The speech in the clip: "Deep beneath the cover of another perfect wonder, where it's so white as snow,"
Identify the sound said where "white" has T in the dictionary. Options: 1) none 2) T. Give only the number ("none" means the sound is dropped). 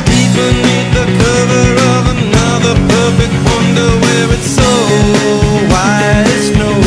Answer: 1